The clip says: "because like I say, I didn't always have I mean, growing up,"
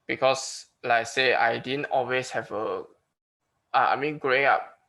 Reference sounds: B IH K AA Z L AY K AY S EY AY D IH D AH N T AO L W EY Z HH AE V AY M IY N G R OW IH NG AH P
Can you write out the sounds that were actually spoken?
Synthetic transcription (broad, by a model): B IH K AA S L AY AY S EY AY D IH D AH N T AO L W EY S HH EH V AY M IY N G R OW IH NG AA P